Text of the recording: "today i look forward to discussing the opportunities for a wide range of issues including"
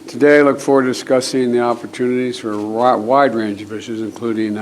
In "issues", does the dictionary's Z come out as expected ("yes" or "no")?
yes